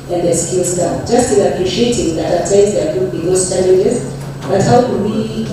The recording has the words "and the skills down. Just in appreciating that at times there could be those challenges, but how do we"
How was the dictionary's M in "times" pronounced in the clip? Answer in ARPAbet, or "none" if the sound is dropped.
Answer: none